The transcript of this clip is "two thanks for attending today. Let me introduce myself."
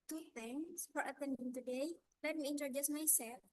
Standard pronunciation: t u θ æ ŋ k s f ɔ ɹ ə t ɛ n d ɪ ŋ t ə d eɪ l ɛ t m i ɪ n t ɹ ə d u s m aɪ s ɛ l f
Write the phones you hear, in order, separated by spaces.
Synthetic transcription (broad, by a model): t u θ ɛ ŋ s f ɔ ɹ ə t ɛ n d ɪ ŋ t ə d eɪ l ɛ t m i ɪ n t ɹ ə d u s m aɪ s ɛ l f